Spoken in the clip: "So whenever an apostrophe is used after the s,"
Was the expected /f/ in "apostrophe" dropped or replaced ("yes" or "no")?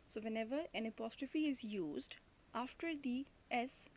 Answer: no